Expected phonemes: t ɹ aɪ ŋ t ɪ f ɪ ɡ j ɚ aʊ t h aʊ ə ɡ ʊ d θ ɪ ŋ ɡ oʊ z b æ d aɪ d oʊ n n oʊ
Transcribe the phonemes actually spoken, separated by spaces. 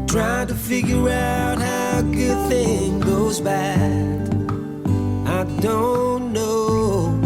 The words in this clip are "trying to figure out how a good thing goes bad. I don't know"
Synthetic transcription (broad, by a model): t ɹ aɪ t ɪ f ɪ ɡ j ɚ aʊ t h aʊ ə ɡ ʊ d θ ɪ ŋ ɡ oʊ z b æ d aɪ d oʊ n n oʊ